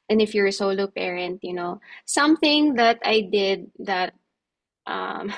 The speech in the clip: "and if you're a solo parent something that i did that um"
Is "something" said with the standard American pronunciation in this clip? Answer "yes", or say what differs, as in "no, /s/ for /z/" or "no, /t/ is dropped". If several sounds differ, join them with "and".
yes